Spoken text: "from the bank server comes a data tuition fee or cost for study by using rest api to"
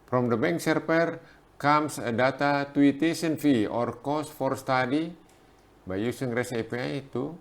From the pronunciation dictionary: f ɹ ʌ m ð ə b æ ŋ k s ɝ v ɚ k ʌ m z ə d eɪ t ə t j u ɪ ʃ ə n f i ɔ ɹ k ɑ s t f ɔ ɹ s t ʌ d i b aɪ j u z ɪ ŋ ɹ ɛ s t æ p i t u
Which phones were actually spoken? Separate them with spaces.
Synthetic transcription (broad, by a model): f ɹ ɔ m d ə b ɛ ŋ k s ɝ p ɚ k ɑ m s ə d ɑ t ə t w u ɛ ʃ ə n f i ɔ ɹ k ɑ s f ɔ ɹ s t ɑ d i b aɪ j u s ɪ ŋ ɹ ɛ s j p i t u